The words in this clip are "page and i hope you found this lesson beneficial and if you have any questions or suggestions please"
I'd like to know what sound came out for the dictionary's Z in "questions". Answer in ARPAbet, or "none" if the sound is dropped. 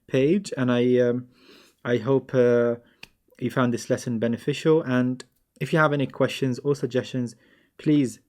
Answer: Z